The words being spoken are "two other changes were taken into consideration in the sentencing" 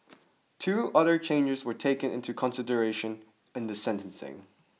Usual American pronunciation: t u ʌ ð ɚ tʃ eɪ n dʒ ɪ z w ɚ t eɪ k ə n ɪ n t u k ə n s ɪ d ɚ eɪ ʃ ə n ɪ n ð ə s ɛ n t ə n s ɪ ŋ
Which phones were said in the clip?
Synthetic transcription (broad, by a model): t u ʌ ð ɚ tʃ eɪ n dʒ ɪ z w ɚ t eɪ k ə n ɪ n t u k ə n s ɪ d ɚ eɪ ʃ ə n ɪ n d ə s ɛ n t ə n s ɪ ŋ